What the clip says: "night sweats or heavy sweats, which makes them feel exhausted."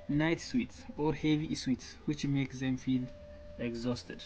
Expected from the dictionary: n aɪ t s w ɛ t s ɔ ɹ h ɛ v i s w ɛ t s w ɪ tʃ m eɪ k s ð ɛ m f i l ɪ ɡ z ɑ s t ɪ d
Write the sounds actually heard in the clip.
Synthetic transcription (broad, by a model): n aɪ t s w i t s ɔ ɹ h ɛ v i s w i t s w ɪ tʃ m eɪ k s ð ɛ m f i l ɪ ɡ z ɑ s t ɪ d